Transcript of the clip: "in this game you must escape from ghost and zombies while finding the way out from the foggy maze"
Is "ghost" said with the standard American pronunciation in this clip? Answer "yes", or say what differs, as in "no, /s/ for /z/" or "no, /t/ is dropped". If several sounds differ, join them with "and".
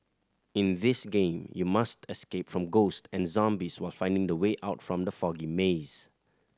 yes